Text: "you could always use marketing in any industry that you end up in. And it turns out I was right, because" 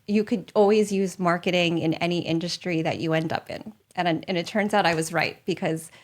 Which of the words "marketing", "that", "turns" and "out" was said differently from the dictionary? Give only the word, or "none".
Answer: none